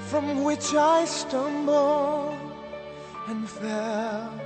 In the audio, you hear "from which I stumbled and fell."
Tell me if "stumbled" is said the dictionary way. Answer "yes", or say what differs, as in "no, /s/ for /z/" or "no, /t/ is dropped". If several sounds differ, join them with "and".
no, /d/ is dropped